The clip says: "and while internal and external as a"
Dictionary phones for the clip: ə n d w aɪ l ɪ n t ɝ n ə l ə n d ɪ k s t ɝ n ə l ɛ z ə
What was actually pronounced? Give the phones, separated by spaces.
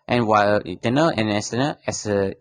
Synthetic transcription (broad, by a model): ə n w aɪ l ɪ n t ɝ n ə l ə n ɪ s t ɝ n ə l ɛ s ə